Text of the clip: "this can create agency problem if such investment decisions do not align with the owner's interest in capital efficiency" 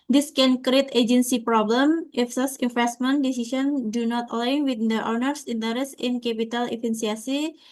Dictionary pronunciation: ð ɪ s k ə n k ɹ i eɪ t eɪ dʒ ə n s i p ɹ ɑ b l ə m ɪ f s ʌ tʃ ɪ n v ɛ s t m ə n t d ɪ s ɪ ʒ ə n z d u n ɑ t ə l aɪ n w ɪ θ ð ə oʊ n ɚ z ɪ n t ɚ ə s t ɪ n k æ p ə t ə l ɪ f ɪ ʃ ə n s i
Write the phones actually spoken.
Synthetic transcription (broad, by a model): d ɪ s k ə n k ɹ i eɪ t eɪ dʒ ə n s i p ɹ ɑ b l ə m ɪ f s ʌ s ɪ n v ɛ s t m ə n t d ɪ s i s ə n d u n ɑ t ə l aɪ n w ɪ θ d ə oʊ n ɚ s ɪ n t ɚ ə s ɪ n k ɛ p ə t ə l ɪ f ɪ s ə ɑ s i